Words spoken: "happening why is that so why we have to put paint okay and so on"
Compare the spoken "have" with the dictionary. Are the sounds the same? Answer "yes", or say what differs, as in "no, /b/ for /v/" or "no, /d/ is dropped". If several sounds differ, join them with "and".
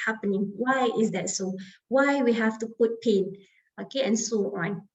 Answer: no, /f/ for /v/